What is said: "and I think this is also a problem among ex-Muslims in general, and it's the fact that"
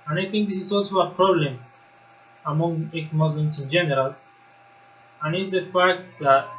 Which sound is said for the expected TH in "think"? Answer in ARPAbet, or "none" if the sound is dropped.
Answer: T